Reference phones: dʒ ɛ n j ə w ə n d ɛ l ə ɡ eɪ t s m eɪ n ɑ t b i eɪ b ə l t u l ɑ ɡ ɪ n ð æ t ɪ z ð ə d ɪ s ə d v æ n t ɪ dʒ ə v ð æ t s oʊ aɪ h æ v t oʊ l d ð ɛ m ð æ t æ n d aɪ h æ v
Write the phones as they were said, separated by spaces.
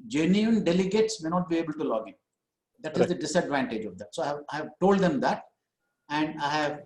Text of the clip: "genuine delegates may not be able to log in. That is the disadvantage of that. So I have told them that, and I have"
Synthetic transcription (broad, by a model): dʒ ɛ n j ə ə n d ɛ l ə ɡ eɪ t s m eɪ n ɑ t b i eɪ b ə l t u l ɑ ɡ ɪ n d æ t ɪ z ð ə d ɪ s ə d v æ n t ɪ dʒ ə v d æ t s oʊ aɪ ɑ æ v t oʊ l d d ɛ m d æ t æ n d aɪ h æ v